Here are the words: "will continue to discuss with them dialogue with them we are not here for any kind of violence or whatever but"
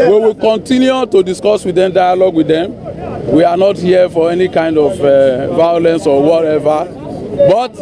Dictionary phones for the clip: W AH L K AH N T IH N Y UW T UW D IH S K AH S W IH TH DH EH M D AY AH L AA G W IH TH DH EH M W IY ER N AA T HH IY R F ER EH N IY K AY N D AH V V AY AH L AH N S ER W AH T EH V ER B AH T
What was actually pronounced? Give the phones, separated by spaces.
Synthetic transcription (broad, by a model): W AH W K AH N T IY N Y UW T UW D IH S K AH S W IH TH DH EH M D AY AH L AA G W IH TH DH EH M W IY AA N AA T HH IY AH F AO EH N IY K AY N D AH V V AY AH L AH N S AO W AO T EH V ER B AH T